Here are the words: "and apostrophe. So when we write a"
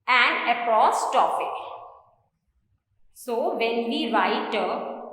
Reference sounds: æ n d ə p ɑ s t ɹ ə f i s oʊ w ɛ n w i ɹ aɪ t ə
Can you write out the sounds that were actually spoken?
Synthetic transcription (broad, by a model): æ n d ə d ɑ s t ə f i s oʊ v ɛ n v i ɹ aɪ t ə